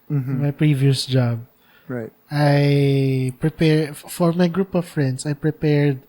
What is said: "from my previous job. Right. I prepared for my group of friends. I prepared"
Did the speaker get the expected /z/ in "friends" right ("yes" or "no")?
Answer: no